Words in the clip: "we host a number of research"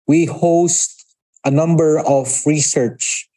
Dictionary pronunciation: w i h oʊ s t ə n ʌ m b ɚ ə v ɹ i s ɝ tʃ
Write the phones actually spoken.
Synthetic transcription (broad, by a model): w i h oʊ s t ə n ʌ m b ɚ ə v ɹ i s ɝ tʃ